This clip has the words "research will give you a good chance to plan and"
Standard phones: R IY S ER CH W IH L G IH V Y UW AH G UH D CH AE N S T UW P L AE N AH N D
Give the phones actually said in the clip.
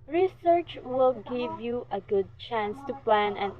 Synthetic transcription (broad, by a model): R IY S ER CH W IH L G IH V Y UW AH G UH D CH AE N S T UW P L AE N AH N